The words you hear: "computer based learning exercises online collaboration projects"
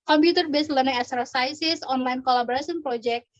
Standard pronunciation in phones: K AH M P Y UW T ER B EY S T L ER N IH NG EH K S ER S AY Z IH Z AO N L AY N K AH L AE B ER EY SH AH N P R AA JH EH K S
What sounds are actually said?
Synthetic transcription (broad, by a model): K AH M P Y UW T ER B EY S L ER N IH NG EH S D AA S AY S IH S AO N L AY N K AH L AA B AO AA S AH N P R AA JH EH K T